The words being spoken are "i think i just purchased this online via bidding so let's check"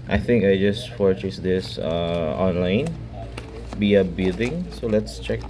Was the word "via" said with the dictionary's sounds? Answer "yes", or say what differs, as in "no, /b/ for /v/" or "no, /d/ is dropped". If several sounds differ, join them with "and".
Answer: no, /b/ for /v/